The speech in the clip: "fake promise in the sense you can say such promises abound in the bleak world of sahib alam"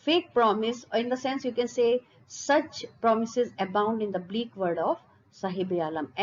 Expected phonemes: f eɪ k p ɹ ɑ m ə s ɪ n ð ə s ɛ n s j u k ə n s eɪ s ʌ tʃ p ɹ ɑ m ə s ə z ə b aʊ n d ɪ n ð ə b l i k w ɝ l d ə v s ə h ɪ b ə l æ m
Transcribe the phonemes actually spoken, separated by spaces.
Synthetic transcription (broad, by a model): f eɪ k p ɹ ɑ m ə s ɪ n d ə s ɛ n s j u k ə n s eɪ s ʌ tʃ p ɹ ɑ m ə s ə z ə b aʊ n d ɪ n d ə b l i k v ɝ d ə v s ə h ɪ b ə l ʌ m